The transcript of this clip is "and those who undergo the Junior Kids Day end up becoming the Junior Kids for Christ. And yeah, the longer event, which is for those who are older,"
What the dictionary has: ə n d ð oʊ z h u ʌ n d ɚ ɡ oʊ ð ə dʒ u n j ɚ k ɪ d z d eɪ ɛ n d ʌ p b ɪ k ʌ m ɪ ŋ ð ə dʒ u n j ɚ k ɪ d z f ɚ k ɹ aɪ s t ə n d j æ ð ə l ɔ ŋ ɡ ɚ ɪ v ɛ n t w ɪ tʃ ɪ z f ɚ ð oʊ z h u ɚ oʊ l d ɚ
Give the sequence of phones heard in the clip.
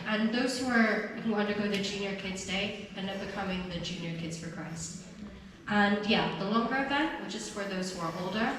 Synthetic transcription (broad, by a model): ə n ð oʊ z h u ʌ n d ɚ ɡ oʊ ð ə dʒ u n j ɚ k ɪ d z d eɪ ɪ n ʌ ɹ b ɪ k ʌ m ɪ ŋ ð ə dʒ u n j ɚ k ɪ d z f ɚ k ɹ aɪ s t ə n j æ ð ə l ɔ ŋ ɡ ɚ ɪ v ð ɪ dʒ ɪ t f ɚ ð oʊ z h u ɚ oʊ l d ɚ